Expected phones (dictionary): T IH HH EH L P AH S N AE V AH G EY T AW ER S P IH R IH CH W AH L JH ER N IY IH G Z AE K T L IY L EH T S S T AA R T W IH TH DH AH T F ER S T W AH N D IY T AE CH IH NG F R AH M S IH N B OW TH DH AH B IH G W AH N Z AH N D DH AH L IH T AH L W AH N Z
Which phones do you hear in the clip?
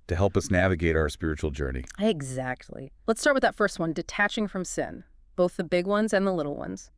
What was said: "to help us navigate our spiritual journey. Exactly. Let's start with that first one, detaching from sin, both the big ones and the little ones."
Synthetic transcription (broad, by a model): T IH HH EH L P AH S N AE V AH G EY T AW ER S P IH R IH CH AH L JH ER N IY IH G Z AE K T L IY L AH T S S T AA R T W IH DH AH T F ER S T W AH N D IY T AE CH IH NG F R AH M S IH N B OW TH DH AH B IH G W AH N Z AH N DH AH L IH T L W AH N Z